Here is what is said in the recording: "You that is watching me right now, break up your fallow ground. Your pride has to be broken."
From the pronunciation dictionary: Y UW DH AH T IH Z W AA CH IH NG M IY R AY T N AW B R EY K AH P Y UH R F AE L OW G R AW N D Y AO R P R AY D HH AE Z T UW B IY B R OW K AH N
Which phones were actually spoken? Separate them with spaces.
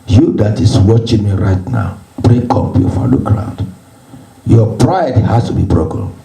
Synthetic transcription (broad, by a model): Y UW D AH T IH S W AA CH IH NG M IY R AY T N AW B R EY K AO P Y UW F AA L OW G R AW N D Y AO P R AY D HH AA S T UW B IY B R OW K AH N